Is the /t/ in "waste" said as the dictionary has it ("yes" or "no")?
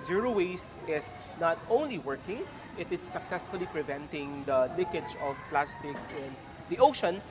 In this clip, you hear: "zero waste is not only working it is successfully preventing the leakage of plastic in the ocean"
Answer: yes